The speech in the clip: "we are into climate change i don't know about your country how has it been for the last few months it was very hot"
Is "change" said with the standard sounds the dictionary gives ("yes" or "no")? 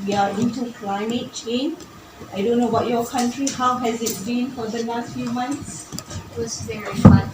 no